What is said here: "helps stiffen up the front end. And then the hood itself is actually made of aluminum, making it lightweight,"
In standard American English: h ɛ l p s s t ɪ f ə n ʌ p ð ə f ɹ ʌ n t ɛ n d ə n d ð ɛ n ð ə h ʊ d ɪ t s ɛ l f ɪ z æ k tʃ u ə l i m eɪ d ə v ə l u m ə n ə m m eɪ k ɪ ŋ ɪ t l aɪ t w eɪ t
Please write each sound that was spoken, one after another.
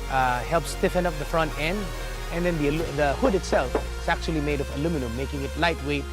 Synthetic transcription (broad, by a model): h ɛ l p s s t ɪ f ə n ʌ p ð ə f ɹ ʌ n t ɛ n d ə n d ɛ n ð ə h ʊ d ɪ t s ɛ l f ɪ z æ k tʃ u ə l i m eɪ d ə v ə l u m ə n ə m m eɪ k ɪ ŋ ɪ t l aɪ t w eɪ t